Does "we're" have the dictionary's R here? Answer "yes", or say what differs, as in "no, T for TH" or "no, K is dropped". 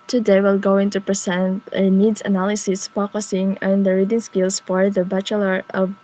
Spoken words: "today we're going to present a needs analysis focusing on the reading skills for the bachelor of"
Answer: no, L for R